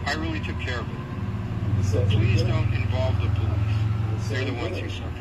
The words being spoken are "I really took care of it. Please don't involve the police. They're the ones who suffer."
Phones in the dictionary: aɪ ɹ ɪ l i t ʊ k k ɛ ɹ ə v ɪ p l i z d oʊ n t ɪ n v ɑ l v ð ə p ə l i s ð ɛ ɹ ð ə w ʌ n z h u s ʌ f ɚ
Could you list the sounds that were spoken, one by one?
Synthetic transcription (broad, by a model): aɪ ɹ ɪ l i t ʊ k k ɛ ɹ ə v p l i z d oʊ n t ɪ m v ɑ l v ð ə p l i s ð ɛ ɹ ð ə w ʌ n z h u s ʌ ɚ